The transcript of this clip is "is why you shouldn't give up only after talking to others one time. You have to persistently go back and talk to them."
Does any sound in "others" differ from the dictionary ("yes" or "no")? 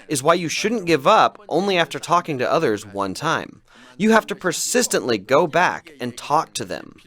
no